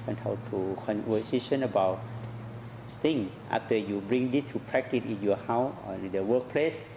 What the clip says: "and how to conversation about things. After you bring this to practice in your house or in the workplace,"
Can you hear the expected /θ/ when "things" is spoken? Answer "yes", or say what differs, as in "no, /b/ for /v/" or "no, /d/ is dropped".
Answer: no, /t/ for /θ/